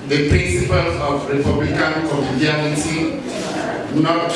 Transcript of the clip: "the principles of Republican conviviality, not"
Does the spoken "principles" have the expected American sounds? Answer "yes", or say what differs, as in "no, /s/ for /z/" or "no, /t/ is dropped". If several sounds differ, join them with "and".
no, /z/ is dropped